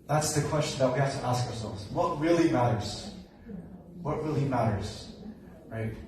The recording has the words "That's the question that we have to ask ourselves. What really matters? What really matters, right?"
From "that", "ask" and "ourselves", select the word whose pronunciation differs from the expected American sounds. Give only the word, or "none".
none